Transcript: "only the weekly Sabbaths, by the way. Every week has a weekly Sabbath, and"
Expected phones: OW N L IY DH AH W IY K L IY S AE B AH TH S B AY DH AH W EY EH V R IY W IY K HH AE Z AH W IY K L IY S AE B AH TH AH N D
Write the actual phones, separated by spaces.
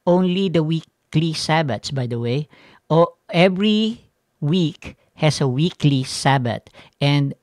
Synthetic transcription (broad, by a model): OW N L IY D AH W IY K L IY S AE B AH T S B AY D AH W EY EH V R IY W IY K HH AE S AH W IY K L IY S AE B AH T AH N D